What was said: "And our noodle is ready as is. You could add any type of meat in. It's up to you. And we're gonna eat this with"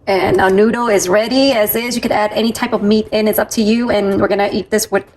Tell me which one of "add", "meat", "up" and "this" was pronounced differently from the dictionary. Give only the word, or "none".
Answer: none